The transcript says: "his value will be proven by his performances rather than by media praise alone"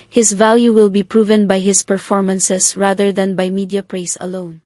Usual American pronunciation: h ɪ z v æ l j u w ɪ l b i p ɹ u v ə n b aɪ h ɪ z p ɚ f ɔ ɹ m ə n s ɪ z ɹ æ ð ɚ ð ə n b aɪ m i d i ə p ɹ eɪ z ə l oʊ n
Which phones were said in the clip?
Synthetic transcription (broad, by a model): h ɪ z v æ l j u w ɪ l b i p ɹ u v ə n b aɪ h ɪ s p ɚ f ɔ ɹ m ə n s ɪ s ɹ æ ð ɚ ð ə n b aɪ m i d i ə p ɹ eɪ s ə l oʊ n